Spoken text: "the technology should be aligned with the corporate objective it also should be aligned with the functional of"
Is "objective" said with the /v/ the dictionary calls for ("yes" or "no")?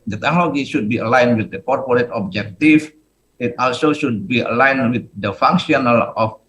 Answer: no